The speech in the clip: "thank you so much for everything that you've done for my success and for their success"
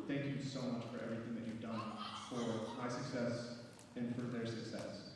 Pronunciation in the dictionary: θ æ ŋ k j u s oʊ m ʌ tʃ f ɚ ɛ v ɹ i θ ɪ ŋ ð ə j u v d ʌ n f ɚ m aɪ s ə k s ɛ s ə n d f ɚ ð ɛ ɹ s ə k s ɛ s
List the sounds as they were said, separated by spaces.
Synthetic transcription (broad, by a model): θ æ ŋ k j u s oʊ m ʌ tʃ f ɚ ɛ v ɹ i θ ɪ ŋ ð ə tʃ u v d ʌ n f ɚ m aɪ s ə k s ɛ s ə n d f ɚ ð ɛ ɹ s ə k s ɛ s